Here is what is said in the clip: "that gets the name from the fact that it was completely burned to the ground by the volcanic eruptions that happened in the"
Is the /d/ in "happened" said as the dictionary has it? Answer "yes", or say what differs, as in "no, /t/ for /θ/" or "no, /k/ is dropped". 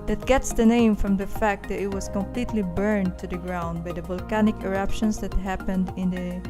yes